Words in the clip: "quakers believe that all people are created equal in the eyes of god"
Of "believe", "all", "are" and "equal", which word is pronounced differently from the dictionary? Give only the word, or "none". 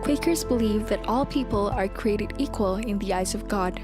none